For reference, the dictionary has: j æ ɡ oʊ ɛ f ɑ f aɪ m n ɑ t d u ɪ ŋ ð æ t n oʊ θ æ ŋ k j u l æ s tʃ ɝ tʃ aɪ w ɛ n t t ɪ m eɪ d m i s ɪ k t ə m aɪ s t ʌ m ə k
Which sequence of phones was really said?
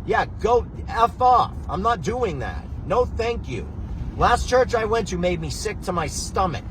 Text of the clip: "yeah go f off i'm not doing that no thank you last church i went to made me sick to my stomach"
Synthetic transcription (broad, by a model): j æ ɡ oʊ ɛ f ɑ f aɪ m n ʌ t d u ɪ ŋ ð æ t n oʊ θ æ ŋ k j u l æ s tʃ ɝ tʃ aɪ w ɛ n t t ɪ m eɪ d m i s ɪ k t ə m aɪ s t ʌ m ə k